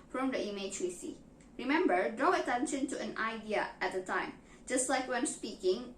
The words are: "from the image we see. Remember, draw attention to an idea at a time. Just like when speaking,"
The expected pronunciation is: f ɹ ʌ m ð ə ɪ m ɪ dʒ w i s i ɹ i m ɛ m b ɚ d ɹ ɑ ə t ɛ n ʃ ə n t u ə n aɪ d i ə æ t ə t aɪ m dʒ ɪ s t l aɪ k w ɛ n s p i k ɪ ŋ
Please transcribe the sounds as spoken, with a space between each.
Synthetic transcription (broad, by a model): f ɹ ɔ m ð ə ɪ m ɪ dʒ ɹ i s i ɹ i m ɛ m b ɚ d ɑ ə t ɛ n ʃ ə n t u ə n aɪ d i ə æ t ə t aɪ m dʒ ɪ s t l aɪ k w ɛ n s p i k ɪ ŋ